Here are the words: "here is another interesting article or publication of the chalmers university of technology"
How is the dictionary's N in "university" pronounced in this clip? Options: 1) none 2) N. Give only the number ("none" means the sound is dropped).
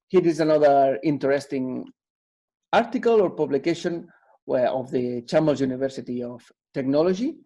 2